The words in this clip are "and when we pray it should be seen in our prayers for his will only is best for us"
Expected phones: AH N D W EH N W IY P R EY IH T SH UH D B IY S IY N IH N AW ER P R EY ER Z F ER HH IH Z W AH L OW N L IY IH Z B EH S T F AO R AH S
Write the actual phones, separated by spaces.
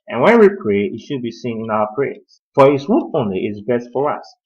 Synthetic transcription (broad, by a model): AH N W EH N W IY P R EY IH T SH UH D B IY S IY N IH N AW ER P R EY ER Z F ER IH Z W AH N OW N L IY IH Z B EH S T F AO R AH S